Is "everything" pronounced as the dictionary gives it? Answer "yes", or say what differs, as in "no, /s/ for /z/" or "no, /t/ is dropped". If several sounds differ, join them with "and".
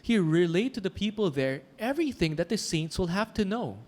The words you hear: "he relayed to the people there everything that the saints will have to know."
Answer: yes